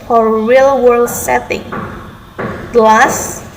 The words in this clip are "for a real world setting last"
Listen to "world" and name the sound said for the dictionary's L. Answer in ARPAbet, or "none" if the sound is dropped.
L